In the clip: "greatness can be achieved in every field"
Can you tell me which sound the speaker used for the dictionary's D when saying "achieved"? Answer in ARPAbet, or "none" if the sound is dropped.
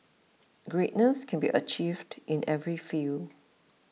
D